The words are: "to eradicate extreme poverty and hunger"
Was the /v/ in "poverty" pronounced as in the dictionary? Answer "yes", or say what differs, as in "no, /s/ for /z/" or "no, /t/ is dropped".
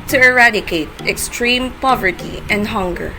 yes